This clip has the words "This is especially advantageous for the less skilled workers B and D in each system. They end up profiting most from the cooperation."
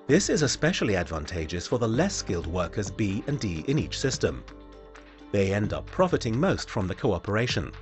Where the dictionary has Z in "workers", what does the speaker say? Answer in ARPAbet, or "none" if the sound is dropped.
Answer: Z